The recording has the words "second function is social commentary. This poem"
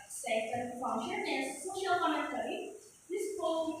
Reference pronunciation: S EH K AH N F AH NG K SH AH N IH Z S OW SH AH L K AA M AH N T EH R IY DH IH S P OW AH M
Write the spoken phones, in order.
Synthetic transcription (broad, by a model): S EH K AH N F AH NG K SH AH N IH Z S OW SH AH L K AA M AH T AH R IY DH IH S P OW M